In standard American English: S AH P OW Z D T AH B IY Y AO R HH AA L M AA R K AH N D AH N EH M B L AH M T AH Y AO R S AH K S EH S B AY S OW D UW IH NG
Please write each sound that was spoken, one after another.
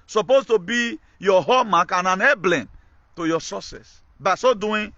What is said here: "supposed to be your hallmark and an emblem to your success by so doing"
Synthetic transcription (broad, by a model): S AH P OW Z T AH B IY Y AO HH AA M AA K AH N AH N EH B L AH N T AH Y AO S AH S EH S B AY S OW D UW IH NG